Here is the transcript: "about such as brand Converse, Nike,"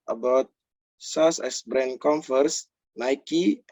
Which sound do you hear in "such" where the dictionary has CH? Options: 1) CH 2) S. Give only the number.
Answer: 2